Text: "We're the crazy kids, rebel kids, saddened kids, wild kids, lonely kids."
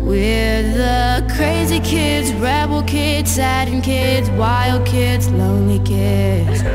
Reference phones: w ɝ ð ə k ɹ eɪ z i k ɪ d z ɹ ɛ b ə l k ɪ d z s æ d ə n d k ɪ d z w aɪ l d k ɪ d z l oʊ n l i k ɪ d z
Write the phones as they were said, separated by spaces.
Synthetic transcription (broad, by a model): w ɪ ð ə k ɹ eɪ z i k ɪ d z ɹ ɛ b l k ɪ d z s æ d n k ɪ d z w aɪ l d k ɪ d z l oʊ n l i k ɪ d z